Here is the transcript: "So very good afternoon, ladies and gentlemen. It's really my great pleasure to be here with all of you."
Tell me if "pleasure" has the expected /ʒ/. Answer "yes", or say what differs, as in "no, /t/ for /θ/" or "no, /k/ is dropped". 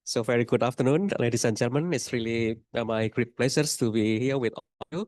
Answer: no, /s/ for /ʒ/